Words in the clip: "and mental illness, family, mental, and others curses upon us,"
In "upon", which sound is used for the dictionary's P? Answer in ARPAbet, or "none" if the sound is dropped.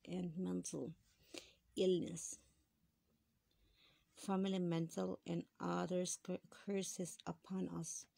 P